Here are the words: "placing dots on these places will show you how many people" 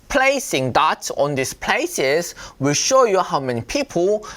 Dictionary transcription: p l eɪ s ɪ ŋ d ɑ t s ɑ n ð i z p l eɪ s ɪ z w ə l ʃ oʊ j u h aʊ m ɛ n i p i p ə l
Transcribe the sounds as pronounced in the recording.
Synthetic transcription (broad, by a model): p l eɪ s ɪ ŋ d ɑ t ɑ n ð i s p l eɪ s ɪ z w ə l ʃ oʊ j u h aʊ m ɛ n i p i p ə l